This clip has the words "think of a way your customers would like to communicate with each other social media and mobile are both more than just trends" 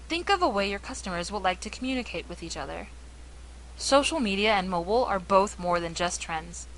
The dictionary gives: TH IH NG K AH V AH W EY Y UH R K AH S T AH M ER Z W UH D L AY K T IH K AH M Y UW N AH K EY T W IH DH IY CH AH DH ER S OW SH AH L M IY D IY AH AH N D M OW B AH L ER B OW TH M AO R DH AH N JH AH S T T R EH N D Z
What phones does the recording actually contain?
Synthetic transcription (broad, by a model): TH IH NG K AH V AH W EY Y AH R K AH S T AH M ER Z W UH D L AY K T IH K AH M Y UW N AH K EY T W IH DH IY CH AH DH ER S OW SH L M IY D IY AH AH N M OW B L ER B OW TH M AO R DH AH N JH AH S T T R EH N D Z